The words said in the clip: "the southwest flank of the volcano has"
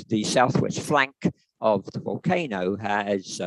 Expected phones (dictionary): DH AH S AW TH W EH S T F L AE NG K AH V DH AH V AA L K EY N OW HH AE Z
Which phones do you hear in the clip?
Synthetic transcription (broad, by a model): DH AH S AW TH W EH S T F L AE NG K AH V DH AH V AA L K EY N OW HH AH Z